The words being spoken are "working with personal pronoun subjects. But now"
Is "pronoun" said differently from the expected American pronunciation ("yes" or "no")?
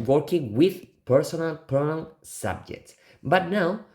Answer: yes